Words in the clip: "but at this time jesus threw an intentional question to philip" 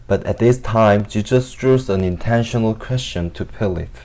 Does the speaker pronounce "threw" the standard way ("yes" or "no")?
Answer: no